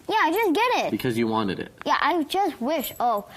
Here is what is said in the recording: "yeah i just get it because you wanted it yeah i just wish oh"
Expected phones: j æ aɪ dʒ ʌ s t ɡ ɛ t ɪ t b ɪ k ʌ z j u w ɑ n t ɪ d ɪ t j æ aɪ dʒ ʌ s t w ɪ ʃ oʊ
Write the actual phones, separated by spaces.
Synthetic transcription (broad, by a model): j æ aɪ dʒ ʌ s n ɡ ɛ t ɪ t b ɪ k ʌ z j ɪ w ɑ n t ɪ d ɪ t j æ aɪ dʒ ʌ s t w ɪ ʃ oʊ